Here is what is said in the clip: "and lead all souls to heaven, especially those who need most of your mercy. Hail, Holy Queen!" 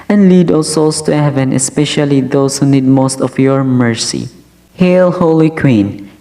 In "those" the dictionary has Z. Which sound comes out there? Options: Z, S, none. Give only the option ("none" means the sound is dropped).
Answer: S